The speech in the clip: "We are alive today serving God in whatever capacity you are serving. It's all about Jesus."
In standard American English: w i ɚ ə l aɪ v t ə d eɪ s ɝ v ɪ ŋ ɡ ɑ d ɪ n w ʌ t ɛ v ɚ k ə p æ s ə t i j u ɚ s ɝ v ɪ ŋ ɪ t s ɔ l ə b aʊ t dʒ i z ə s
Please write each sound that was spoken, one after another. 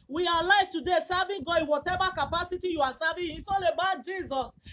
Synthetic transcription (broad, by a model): w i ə l aɪ f t ə d eɪ s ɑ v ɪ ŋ ɡ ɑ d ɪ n w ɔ t ɛ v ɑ k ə p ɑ s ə t i j u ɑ s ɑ v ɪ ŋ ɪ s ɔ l ə b aʊ t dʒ i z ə s